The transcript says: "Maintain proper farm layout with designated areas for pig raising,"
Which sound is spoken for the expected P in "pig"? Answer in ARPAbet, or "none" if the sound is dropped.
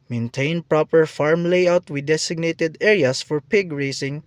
P